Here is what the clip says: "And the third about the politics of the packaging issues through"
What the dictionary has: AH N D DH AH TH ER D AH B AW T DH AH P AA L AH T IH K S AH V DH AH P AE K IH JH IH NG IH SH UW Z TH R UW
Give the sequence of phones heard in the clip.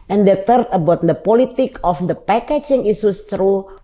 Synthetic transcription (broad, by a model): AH N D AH T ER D AH B AW T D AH P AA L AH T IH K AH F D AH P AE K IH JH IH NG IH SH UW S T R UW